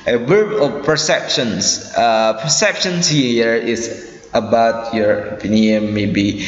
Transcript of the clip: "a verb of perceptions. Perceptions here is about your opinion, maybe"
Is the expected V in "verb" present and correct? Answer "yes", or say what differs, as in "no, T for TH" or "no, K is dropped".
no, W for V